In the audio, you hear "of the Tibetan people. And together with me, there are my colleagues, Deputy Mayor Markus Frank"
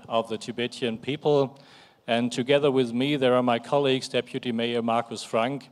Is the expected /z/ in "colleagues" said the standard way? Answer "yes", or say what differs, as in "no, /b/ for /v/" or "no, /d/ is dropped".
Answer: yes